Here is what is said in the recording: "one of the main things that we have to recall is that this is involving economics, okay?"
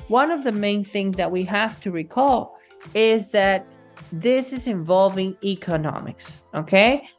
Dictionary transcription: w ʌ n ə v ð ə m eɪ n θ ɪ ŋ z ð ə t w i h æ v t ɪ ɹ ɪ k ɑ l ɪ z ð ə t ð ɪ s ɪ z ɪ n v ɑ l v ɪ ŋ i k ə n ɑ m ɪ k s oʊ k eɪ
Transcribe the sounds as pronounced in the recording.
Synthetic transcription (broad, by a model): w ʌ n ə v ð ə m eɪ n θ ɪ ŋ z ð ə t w i h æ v t ɪ ɹ ɪ k ɑ l ɪ z ð ə t ð ɪ s ɪ z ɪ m v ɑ l v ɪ ŋ i k ə n ɑ m ɪ k s oʊ k eɪ